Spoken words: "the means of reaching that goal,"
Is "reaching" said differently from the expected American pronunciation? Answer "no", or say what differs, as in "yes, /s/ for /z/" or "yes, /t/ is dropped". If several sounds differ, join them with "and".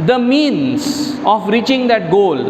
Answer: no